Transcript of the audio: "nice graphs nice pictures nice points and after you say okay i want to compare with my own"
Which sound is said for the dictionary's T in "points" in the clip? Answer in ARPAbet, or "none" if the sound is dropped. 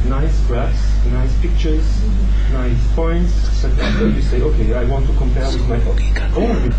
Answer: S